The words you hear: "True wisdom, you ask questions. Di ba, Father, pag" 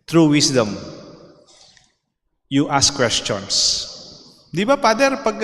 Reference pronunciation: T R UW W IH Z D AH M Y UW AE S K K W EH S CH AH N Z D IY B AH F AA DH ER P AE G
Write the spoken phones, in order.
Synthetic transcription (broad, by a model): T R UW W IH S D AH M Y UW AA S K K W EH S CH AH N S D IY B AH P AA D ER P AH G